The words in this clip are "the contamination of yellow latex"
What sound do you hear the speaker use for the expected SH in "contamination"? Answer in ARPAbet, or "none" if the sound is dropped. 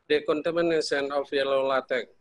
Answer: S